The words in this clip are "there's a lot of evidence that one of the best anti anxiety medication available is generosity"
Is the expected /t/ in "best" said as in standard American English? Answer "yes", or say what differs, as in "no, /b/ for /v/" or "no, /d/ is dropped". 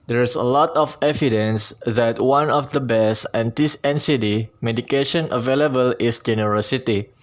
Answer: no, /t/ is dropped